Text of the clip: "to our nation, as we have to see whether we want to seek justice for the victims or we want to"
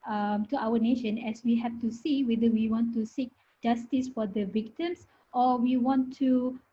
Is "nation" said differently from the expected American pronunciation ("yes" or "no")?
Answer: no